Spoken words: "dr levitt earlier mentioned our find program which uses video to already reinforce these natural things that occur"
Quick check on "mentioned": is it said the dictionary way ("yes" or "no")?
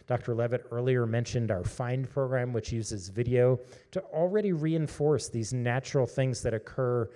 yes